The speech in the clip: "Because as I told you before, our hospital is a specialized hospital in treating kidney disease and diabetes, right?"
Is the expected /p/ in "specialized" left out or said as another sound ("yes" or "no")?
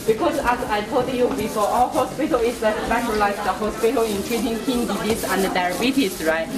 yes